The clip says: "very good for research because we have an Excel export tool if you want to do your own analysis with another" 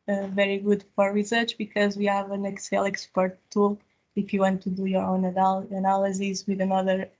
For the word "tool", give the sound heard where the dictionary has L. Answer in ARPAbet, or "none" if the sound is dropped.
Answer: L